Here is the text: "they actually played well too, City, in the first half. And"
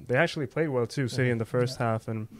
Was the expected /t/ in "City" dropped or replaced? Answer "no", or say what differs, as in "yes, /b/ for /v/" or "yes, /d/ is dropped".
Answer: no